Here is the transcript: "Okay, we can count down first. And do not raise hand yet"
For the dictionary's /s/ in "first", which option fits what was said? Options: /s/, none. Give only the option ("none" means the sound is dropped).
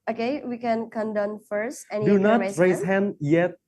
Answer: /s/